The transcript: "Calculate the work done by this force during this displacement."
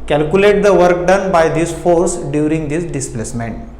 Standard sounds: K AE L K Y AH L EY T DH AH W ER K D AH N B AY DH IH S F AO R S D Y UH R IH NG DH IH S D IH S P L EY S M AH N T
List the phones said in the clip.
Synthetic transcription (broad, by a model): K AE L K Y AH L EY T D AH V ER K D AH N B AY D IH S F AO R S D Y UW R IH NG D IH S D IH S P L EY S M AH N T